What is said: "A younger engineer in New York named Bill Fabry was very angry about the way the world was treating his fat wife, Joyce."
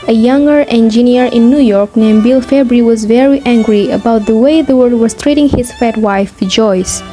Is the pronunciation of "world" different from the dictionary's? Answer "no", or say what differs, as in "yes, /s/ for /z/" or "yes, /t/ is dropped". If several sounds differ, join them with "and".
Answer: yes, /l/ is dropped